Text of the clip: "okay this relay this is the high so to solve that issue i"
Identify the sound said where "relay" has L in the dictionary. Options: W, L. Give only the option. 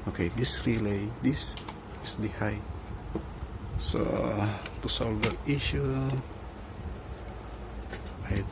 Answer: L